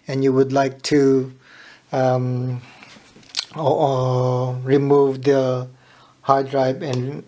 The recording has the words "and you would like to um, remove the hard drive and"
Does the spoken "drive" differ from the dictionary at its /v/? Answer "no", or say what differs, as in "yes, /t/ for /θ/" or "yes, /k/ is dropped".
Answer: yes, /b/ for /v/